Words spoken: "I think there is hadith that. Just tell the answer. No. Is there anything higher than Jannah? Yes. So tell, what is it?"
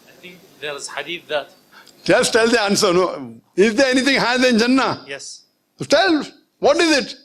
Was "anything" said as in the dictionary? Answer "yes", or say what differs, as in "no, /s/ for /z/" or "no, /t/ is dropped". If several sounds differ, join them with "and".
no, /t/ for /θ/